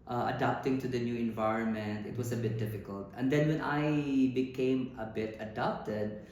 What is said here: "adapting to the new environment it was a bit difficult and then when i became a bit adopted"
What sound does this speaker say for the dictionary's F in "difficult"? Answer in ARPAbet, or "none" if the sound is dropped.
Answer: F